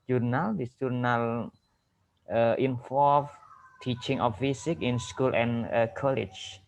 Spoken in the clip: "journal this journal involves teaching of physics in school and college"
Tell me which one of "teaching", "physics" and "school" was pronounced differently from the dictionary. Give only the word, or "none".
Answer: physics